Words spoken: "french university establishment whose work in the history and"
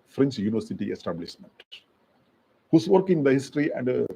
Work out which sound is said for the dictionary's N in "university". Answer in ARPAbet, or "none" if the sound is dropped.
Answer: N